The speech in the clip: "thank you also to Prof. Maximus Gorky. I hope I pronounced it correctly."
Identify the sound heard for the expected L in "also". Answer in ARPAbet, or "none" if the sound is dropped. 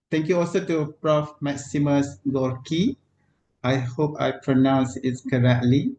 L